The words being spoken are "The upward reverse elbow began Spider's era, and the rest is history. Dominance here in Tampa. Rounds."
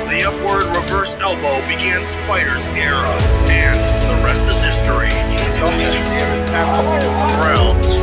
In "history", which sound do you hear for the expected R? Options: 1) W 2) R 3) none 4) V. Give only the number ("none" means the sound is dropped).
2